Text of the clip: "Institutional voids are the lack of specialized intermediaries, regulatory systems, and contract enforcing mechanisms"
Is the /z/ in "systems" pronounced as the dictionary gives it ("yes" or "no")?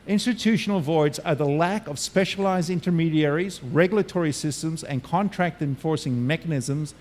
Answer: yes